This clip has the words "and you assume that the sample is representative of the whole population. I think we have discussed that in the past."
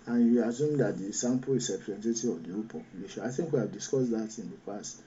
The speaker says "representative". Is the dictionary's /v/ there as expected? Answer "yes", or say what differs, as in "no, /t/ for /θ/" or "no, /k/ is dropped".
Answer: no, /v/ is dropped